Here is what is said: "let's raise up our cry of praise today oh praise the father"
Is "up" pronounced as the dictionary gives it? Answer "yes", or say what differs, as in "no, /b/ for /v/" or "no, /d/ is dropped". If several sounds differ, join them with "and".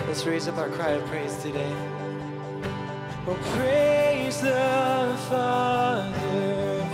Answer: no, /b/ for /p/